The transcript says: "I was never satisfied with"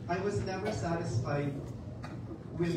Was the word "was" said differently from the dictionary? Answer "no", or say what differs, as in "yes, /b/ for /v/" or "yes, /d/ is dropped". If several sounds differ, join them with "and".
no